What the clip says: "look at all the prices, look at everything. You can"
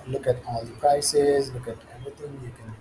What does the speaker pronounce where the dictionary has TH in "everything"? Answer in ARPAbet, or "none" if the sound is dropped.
T